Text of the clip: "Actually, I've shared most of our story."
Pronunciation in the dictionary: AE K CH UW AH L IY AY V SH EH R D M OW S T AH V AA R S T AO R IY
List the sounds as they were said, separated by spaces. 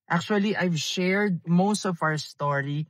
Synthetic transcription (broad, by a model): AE K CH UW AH L IY AY V SH EH R D M OW S T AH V AA R S T AO R IY